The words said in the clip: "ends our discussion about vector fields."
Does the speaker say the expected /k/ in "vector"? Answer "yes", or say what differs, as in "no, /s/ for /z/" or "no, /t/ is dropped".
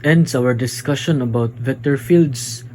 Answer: no, /k/ is dropped